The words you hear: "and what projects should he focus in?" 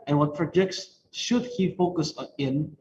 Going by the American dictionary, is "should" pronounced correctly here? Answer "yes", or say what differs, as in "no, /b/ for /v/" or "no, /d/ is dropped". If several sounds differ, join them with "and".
yes